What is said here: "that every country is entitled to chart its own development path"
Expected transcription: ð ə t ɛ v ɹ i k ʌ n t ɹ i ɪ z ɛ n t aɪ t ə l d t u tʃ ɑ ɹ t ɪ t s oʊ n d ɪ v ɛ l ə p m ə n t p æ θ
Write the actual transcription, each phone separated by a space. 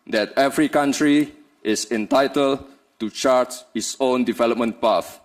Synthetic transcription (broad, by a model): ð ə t ɛ v ɹ i k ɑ n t ɹ i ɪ s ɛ n t aɪ t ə l t u tʃ ɑ ɹ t ɪ t s oʊ n d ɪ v ɛ l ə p m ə n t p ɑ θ